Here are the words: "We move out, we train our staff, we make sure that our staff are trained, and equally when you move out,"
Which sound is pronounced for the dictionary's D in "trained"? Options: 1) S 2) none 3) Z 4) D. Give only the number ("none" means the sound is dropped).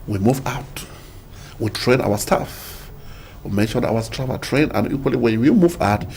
2